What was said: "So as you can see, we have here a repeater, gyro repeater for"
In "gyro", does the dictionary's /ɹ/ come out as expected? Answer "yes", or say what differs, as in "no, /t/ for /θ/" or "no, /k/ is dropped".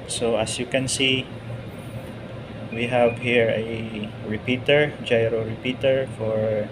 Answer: yes